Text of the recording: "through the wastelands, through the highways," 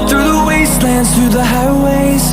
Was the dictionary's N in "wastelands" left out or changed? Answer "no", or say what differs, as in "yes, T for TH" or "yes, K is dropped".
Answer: no